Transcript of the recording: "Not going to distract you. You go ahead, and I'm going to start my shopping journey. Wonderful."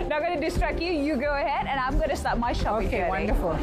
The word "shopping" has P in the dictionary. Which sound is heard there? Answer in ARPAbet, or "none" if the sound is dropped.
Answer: none